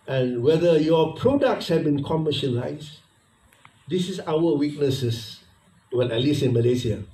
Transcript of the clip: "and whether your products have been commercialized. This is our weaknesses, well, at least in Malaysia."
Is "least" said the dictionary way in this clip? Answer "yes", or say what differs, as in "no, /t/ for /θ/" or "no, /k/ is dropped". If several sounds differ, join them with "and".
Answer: no, /t/ is dropped